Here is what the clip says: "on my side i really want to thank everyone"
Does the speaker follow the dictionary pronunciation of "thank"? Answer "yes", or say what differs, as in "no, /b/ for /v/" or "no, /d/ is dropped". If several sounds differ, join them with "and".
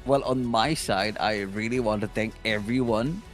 no, /t/ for /θ/